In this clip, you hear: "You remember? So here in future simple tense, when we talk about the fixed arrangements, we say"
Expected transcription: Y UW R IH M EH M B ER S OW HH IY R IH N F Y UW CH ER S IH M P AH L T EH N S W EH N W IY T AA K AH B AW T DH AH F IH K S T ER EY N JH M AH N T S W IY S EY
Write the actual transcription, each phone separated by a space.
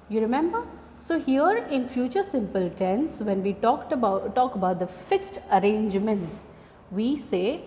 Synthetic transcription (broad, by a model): Y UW R IH M EH M B ER S OW HH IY R IH N F Y UW CH ER S IH M P AH L T EH N S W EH N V IY T AA K AH B AW T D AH F IH K S T ER EY N JH M AH N T S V IY S EY